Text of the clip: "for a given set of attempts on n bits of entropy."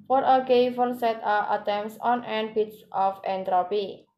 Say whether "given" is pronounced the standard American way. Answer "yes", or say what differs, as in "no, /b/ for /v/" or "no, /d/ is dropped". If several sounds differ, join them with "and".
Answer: no, /f/ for /v/